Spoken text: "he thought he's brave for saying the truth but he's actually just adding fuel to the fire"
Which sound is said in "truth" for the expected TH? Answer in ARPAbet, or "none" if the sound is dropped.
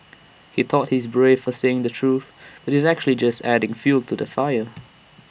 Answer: TH